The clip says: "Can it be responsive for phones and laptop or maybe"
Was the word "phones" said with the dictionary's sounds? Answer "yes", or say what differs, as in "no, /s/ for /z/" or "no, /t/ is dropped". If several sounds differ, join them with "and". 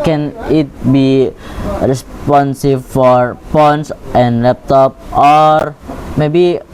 no, /p/ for /f/ and /s/ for /z/